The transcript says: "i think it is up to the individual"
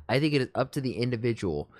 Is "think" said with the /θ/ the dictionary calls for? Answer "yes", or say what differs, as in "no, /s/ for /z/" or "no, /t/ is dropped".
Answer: yes